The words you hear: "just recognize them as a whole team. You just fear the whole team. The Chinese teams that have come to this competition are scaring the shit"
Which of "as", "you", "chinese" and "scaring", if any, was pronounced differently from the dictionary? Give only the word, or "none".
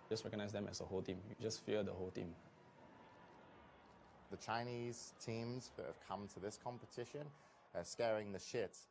as